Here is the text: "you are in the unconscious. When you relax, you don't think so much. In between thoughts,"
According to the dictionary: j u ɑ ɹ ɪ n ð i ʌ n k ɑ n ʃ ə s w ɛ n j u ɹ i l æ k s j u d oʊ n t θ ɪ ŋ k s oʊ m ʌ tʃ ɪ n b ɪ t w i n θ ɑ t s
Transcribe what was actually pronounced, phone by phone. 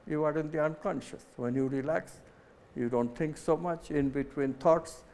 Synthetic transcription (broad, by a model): j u ɑ ɹ ɪ n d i ʌ n k ɑ n ʃ ə s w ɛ n j u ɹ i l æ k s j u d oʊ n t t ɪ ŋ k s oʊ m ʌ tʃ ɪ n b ɪ t w i n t ɑ t s